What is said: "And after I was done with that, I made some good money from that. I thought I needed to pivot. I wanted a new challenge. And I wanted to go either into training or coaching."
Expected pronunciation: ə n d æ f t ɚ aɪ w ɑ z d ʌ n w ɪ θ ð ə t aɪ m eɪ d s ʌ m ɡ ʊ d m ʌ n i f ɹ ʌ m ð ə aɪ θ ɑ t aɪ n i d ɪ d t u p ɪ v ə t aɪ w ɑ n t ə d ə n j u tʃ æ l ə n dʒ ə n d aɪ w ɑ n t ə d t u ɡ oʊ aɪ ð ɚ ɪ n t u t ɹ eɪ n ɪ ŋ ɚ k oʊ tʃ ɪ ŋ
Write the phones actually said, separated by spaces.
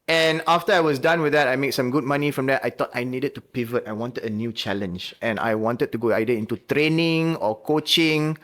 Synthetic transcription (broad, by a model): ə n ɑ f t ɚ aɪ w ɑ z d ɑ n w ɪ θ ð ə t aɪ m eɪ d s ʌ m ɡ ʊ d m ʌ n i f ɹ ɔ m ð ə aɪ t ɑ t aɪ n i d ɪ d t u p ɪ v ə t aɪ w ɑ n t ə d ə n j u tʃ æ l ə n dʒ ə n aɪ w ɑ n t ə d t u ɡ oʊ aɪ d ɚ ɪ n t u t ɹ eɪ n ɪ ŋ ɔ k oʊ tʃ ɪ ŋ